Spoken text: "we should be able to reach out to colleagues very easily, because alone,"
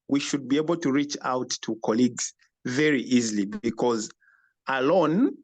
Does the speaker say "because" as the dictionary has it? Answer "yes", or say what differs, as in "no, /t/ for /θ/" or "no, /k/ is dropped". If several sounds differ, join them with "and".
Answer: yes